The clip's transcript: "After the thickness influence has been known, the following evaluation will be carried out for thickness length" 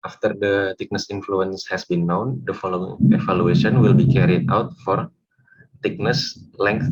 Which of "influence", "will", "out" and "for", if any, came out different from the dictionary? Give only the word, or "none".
none